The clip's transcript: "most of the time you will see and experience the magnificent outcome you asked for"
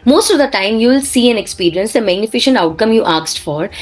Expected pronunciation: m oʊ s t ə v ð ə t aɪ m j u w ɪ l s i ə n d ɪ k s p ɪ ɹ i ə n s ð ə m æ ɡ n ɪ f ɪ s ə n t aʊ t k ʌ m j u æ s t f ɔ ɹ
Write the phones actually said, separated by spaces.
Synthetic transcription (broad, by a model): m oʊ s t ə v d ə t aɪ m j u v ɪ l s i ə n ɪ k s p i ɹ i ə n s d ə m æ ɡ n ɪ f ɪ ʃ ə n t aʊ t k ʌ m j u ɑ s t f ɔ ɹ